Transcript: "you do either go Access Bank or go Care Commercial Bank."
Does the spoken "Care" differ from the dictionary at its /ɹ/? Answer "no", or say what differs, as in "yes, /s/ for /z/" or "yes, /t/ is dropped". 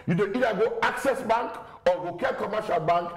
yes, /l/ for /ɹ/